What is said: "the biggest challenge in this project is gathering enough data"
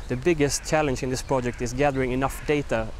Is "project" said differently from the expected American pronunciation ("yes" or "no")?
no